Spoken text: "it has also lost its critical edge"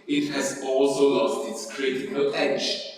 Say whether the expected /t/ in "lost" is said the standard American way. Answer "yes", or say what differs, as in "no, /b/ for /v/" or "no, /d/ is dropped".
yes